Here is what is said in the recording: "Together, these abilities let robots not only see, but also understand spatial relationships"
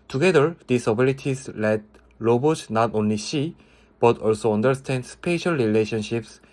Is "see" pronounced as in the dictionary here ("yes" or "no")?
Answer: no